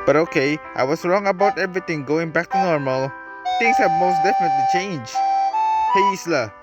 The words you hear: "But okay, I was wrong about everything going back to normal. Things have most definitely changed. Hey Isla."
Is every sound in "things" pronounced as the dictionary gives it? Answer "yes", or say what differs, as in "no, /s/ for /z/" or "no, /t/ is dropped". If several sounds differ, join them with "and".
no, /t/ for /θ/ and /s/ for /z/